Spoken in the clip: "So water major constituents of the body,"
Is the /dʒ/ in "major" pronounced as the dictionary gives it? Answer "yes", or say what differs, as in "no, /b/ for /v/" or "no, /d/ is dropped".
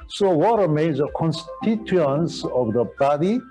no, /z/ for /dʒ/